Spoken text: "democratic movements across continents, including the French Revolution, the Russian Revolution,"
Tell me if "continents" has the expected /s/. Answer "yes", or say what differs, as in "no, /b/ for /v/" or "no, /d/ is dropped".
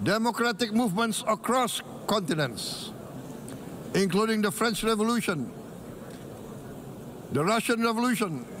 yes